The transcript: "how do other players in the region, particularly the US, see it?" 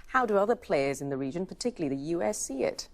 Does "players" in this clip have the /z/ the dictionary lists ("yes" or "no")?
yes